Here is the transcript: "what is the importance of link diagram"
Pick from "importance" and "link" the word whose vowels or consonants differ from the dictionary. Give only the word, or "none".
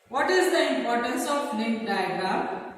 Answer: link